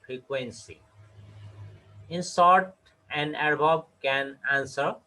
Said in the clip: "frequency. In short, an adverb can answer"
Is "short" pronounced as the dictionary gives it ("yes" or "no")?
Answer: no